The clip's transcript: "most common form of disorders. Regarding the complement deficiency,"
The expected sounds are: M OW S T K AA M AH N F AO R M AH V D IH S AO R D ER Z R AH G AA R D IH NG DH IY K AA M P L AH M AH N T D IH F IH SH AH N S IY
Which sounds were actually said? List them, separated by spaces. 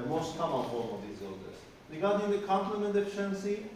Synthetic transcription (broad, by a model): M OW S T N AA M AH L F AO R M AH V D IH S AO L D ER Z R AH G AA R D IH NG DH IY K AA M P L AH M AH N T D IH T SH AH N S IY